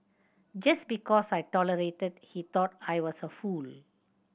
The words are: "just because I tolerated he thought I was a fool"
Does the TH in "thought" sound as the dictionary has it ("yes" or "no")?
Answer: no